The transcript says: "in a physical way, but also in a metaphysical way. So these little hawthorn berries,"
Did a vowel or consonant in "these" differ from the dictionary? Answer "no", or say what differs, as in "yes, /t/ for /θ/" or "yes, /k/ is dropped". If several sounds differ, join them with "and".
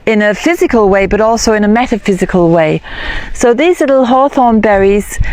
no